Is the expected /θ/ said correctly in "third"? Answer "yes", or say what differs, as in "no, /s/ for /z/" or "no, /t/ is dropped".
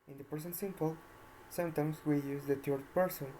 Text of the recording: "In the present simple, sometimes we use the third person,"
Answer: no, /t/ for /θ/